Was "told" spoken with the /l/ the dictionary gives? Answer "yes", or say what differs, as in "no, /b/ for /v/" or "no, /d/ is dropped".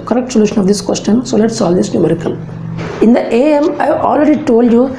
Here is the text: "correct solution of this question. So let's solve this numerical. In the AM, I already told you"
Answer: yes